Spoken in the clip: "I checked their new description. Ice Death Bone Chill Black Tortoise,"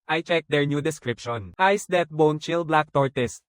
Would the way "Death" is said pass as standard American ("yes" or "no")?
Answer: no